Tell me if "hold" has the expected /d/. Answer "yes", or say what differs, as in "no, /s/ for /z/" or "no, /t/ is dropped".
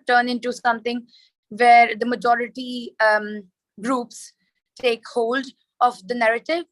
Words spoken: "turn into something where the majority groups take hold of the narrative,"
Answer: yes